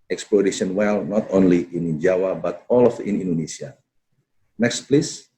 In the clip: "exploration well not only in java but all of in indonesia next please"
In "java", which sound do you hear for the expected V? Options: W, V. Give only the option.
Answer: W